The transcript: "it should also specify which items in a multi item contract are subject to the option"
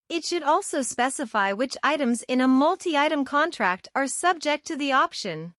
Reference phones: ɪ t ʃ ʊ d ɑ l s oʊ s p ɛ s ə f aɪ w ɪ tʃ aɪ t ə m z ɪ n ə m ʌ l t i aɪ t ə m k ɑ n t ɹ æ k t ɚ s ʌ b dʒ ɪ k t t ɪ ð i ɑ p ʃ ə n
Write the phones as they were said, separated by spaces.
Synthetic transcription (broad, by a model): ɪ t ʃ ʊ d ɑ l s oʊ s p ɛ s ə f aɪ w ɪ tʃ aɪ t ə m z ɪ n ə m ʌ l t i aɪ t ə m k ɑ n t ɹ æ k t ɚ s ʌ b dʒ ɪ k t t ɪ ð i ɑ p ʃ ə n